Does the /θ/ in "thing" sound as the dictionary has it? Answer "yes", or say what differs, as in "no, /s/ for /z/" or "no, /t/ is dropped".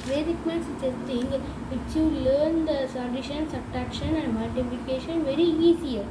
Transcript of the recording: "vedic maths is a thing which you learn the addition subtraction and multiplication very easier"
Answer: no, /s/ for /θ/